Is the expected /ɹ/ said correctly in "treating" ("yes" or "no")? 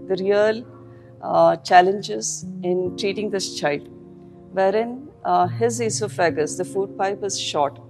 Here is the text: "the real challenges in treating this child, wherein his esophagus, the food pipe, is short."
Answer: yes